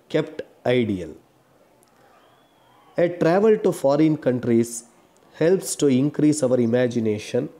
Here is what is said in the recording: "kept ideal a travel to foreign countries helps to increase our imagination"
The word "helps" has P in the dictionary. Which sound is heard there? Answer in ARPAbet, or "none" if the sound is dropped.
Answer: P